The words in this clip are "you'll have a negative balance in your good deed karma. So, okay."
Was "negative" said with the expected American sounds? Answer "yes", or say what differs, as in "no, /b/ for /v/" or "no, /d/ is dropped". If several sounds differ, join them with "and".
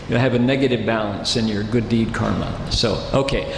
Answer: yes